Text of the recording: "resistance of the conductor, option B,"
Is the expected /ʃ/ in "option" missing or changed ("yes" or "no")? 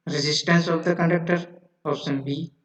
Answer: yes